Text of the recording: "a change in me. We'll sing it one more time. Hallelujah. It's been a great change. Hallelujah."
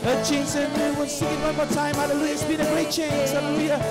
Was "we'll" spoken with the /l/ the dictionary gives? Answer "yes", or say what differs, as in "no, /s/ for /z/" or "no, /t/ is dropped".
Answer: no, /n/ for /l/